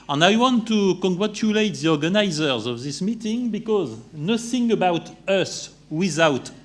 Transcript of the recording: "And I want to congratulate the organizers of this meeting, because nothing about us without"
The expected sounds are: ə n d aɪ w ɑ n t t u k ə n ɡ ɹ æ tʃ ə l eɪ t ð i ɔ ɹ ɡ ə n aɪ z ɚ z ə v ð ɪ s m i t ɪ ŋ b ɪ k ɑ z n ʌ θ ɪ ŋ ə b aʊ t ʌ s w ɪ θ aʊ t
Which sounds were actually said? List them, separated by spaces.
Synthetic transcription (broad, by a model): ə n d aɪ w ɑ n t t u k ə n ɡ ɹ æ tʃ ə l eɪ t ð i ɔ ɹ ɡ ə n aɪ z ɚ z ə v ð ɪ s m i t ɪ ŋ b ɪ k ɑ z n ʌ θ ɪ ŋ ə b aʊ t ʌ s w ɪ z aʊ t